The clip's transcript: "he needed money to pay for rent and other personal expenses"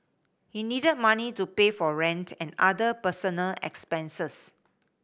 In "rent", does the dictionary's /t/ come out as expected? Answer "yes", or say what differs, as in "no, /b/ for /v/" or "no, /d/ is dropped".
yes